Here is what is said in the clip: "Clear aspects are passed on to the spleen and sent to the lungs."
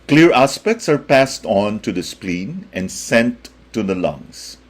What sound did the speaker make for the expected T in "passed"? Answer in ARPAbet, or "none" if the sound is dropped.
T